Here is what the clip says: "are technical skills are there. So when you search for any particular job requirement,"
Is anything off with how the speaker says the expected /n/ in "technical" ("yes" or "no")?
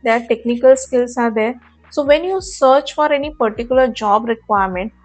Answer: no